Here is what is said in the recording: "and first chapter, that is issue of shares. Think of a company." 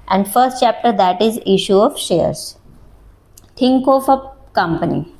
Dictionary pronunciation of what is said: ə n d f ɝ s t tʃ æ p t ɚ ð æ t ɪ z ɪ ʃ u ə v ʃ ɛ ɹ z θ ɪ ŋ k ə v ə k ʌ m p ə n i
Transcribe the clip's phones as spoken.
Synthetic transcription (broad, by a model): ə n d f ɝ s t tʃ æ p t ɚ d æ t ɪ z ɪ ʃ u ə v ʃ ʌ ɹ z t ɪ ŋ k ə f ə k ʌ m p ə n i